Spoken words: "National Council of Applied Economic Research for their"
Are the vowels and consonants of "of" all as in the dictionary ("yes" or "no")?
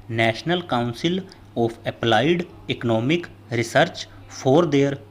no